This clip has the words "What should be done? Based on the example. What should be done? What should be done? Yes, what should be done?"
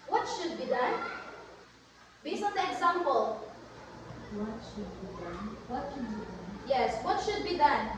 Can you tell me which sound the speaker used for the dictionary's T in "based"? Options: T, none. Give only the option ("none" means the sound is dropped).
none